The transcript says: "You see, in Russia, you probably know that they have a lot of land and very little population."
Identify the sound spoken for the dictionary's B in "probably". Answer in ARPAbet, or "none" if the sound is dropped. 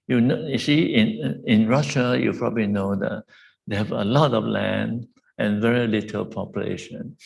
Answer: B